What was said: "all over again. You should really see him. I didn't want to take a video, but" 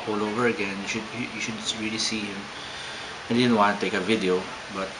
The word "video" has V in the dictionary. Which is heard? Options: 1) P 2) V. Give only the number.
2